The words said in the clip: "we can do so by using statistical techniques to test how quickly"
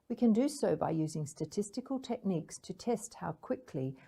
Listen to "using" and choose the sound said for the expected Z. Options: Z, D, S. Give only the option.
Z